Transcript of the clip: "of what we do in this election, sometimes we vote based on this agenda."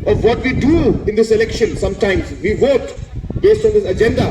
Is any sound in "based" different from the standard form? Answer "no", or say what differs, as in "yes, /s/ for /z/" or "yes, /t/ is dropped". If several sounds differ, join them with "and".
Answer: no